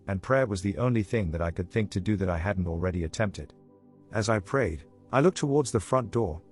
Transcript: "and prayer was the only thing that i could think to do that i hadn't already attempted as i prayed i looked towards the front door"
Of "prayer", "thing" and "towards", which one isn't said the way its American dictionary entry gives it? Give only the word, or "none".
none